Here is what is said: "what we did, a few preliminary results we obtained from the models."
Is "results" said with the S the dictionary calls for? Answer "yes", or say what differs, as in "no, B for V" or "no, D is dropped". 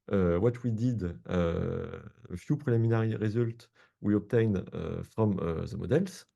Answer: no, S is dropped